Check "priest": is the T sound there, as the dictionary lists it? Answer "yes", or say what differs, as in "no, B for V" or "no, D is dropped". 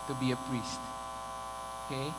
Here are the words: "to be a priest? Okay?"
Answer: yes